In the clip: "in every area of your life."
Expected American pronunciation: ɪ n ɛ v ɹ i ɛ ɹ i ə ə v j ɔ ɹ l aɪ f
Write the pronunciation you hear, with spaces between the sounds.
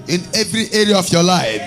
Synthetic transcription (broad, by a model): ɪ n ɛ v ɹ i ɛ ɹ i ə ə f j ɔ l aɪ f